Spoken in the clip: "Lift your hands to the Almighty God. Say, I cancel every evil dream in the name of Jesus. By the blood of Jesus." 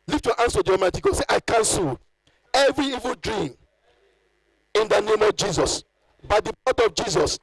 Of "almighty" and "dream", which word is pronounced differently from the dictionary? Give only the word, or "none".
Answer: almighty